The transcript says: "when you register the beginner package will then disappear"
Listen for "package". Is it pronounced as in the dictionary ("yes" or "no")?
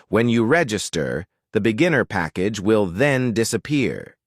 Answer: yes